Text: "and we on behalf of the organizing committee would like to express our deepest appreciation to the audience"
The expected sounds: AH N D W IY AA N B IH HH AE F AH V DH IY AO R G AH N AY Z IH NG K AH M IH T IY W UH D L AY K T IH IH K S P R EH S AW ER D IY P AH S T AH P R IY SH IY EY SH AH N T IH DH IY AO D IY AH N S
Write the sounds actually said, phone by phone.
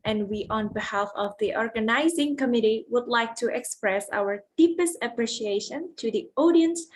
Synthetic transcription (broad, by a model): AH N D W IY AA N B IH HH AE F AH V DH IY AO R G AH N AY Z IH NG K AH M IH T IY W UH D L AY K T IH IH K S P R EH S AW ER D IY P AH S T AH P R IY SH IY EY SH AH N T IH DH IY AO D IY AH N S